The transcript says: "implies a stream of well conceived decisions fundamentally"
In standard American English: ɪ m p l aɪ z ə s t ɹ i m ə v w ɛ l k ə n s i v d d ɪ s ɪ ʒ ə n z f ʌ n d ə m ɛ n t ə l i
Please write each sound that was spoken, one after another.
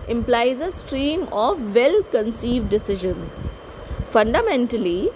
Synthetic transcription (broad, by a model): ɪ m p l aɪ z ə s t ɹ i m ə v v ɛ l k ə n s i v d d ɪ s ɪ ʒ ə n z f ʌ n d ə m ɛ n t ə l i